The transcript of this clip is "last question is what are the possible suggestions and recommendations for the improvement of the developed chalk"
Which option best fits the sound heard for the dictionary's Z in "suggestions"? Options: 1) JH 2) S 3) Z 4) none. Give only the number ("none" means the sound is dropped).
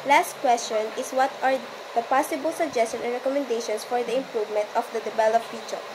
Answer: 4